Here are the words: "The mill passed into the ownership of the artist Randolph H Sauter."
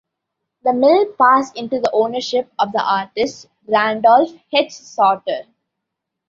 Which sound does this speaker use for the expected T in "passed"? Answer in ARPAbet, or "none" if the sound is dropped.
none